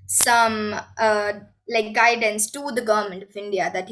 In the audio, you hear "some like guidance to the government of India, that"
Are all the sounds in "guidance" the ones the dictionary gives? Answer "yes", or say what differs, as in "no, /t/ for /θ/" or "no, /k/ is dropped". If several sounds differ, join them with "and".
yes